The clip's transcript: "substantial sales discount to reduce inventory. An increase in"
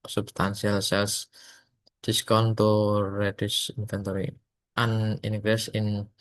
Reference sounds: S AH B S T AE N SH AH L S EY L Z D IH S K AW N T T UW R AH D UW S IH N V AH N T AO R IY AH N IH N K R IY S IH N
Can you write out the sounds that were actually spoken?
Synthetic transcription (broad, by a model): S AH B S T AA N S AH L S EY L S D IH S K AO N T T UW R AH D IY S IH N F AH N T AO R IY AH N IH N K R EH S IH N